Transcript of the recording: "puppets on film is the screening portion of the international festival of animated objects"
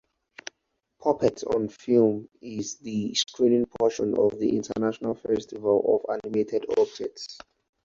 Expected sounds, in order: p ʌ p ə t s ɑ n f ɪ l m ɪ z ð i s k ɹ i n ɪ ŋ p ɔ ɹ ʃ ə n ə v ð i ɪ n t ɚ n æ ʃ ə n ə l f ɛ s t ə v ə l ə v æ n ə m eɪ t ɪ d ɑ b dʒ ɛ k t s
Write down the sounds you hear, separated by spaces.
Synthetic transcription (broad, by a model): p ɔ p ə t ɑ n f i l m ɪ z ð i s k ɹ i n ɪ ŋ p ɔ ʃ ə n ə v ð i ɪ n t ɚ n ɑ ʃ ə n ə l f ɛ s t ə v ə l ə v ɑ n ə m eɪ t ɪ d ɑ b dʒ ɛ t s